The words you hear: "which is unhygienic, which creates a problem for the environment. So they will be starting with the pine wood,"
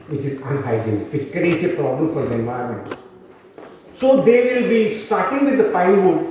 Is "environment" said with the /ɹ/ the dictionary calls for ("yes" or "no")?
no